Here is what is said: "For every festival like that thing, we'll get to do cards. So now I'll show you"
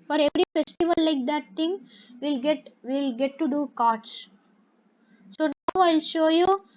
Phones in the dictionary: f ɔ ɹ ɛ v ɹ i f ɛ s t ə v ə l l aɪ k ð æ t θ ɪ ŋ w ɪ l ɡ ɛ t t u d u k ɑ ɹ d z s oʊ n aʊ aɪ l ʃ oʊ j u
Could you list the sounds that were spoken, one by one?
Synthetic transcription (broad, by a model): f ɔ ɹ ɛ v ɹ i f ɛ s t ə v ə l l aɪ k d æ t t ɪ ŋ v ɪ l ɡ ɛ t t u d u k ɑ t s s oʊ n aʊ aɪ l ʃ oʊ j u